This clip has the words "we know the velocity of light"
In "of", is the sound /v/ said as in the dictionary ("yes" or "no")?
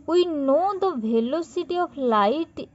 no